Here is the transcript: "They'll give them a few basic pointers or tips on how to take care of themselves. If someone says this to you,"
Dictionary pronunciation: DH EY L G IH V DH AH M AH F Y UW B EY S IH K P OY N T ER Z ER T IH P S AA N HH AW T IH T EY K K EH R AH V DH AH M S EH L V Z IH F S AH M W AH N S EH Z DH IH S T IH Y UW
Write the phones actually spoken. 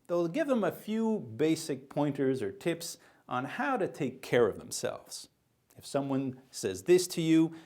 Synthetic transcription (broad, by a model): DH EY L G IH V DH AH M AH F Y UW B EY S IH K P OY N T ER Z ER T IH P S N HH AW T IH T EY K K EH R AH V DH AH M S EH L V Z IH F S AH M W AH N S EH Z DH IH S T IH Y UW